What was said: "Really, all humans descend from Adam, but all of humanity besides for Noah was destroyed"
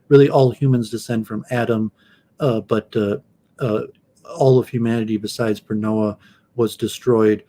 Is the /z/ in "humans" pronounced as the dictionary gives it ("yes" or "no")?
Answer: yes